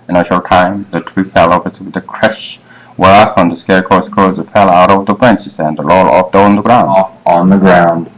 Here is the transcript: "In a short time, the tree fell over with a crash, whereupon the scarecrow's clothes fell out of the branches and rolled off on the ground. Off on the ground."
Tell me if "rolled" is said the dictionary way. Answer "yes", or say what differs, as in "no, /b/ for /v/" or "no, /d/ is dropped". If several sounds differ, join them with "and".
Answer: no, /l/ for /ɹ/ and /d/ is dropped